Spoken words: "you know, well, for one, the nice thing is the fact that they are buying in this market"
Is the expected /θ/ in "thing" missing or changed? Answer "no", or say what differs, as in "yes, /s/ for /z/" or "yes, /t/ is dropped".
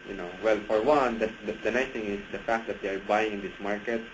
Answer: yes, /t/ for /θ/